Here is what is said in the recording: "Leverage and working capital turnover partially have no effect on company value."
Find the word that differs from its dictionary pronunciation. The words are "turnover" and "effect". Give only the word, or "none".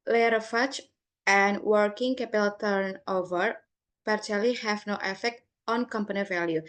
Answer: none